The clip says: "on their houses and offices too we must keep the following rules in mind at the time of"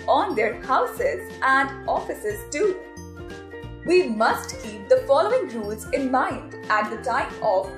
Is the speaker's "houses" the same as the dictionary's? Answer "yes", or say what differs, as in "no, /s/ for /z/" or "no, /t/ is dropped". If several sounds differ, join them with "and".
yes